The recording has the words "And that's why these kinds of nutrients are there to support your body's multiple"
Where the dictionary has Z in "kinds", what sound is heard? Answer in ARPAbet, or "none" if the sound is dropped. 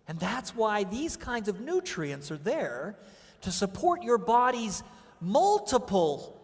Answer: Z